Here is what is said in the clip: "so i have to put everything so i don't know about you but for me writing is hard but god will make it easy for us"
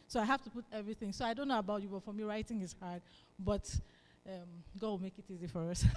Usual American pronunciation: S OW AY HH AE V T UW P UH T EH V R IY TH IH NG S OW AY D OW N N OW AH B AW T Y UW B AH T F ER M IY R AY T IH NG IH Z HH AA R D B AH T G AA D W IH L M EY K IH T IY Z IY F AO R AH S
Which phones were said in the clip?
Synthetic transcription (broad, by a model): S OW AY HH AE F T UW P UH T EH V R IY TH IH NG S OW AY D OW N N OW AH B AW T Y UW B AH T F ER M IY R AY T IH NG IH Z HH AA R D B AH T G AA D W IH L M EY K IH T IY Z IY F AO R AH S